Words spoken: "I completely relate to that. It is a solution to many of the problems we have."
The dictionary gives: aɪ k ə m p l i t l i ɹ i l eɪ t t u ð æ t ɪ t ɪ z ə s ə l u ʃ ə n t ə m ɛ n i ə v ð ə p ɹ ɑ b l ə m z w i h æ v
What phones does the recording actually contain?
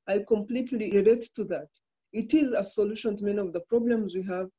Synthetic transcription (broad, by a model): aɪ k ə m p l i t l i ɹ i l eɪ t t u ð æ t ɪ t ɪ z ə s ə l u ʃ ə n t m ɛ n i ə v ð ə p ɹ ɑ b l ə m z w i h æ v